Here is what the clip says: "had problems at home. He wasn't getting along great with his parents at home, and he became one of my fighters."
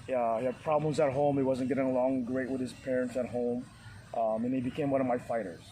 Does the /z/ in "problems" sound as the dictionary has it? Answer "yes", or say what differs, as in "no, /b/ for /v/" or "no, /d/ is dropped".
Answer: yes